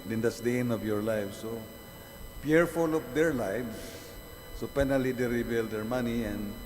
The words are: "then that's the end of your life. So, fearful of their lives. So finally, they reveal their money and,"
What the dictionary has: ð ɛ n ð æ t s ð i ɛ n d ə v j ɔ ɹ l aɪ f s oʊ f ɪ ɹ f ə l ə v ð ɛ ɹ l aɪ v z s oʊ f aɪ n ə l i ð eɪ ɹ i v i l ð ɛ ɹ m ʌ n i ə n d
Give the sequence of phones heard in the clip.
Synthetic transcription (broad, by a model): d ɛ n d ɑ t s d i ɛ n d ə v j ɔ ɹ l aɪ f s oʊ p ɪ ɹ f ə l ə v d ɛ ɹ l aɪ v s s oʊ p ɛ n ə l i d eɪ ɹ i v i l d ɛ ɹ m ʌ n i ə n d